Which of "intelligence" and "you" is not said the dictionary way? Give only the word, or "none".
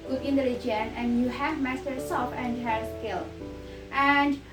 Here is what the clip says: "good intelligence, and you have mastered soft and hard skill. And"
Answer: intelligence